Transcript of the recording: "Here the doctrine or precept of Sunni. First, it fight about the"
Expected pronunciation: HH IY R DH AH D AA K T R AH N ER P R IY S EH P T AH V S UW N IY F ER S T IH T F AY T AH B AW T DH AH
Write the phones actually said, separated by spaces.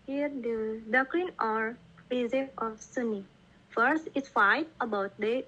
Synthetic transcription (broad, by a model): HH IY R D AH D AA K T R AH N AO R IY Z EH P AH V S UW N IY F ER S T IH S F AY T AH B AW T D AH